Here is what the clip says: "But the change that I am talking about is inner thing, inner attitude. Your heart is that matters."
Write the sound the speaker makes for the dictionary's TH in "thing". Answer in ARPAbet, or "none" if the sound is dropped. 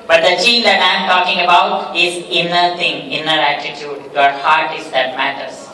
T